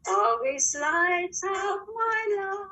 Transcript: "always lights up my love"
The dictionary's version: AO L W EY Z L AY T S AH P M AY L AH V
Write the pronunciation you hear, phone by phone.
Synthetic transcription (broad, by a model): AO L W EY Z L AY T AH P M AY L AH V